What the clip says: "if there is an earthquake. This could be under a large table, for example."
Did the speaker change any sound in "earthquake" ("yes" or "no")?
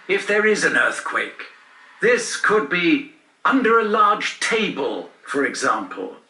no